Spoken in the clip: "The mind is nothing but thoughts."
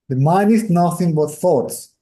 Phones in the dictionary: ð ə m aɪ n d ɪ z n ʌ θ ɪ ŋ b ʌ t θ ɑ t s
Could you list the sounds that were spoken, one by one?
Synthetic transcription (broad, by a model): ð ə m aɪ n ɪ s n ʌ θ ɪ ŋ b ʌ t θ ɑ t s